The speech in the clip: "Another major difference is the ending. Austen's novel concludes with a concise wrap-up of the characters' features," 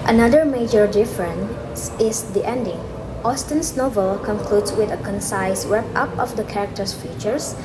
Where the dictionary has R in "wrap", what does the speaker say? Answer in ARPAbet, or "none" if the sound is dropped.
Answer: W